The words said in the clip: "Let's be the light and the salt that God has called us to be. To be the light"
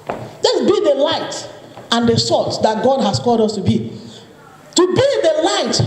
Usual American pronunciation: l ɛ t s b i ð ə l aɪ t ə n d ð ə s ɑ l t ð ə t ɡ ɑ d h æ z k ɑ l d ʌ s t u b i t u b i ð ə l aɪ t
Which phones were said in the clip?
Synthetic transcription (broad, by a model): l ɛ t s b i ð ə l aɪ t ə n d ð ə s ɑ t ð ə t ɡ ɑ d h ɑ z k ɑ l d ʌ s t u b i t u b i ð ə l aɪ t